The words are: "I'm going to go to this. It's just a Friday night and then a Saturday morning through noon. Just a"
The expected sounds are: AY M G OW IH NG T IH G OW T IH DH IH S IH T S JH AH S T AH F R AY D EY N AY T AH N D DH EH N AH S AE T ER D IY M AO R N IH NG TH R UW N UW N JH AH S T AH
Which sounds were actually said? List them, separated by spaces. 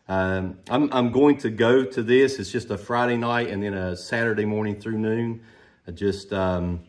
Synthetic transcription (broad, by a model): AY M G OW IH NG T IH G OW T IH DH IH S IH T S JH AH S T AH F R AY D EY N AY T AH N DH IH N AH S AE T ER D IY M AO R N IH NG TH R UW N UW N JH AH S T AH